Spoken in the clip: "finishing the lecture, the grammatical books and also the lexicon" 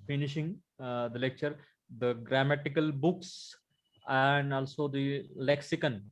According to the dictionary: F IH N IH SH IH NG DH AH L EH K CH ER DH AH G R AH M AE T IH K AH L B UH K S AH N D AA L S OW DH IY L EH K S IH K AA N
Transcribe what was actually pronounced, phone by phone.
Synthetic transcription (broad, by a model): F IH N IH SH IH NG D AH L EH K CH ER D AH G R AH M AE T IH K AH L B UH K S AH N D AA L S OW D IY L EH K S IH K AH N